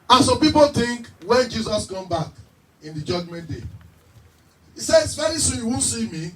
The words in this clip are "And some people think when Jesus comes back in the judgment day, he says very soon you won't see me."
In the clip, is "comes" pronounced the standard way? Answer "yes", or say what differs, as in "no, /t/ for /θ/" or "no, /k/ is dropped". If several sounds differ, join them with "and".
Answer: no, /z/ is dropped